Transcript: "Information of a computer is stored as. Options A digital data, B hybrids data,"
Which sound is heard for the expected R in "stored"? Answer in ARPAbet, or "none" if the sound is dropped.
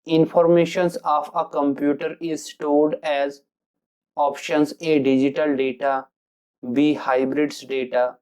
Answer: L